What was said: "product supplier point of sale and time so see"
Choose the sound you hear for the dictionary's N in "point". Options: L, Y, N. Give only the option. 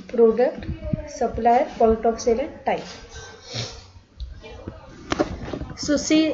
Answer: L